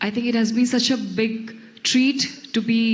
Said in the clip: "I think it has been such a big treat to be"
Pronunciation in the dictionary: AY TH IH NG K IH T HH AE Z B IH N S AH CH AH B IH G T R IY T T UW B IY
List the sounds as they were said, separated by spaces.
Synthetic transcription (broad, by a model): AY T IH NG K IH T HH AE Z B IH N S AH CH AH B IH G T R IY T T UW B IY